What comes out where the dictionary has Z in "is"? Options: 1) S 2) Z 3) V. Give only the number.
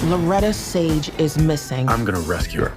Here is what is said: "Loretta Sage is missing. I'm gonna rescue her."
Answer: 2